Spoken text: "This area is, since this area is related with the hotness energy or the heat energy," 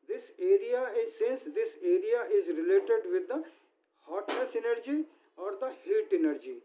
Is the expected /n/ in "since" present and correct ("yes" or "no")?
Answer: yes